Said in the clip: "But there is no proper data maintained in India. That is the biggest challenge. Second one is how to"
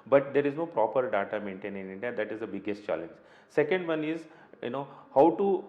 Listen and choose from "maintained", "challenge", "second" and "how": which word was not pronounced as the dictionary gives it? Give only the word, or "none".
maintained